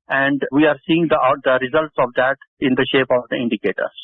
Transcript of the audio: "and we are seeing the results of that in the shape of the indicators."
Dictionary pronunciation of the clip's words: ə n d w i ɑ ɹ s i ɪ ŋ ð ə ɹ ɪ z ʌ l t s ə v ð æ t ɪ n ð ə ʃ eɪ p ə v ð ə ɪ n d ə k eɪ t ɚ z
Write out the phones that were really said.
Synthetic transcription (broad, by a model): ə n d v i ɑ ɹ s i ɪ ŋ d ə ɹ ɪ z ʌ l t s ə v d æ t ɪ n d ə ʃ eɪ p ə v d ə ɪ n d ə k eɪ t ɚ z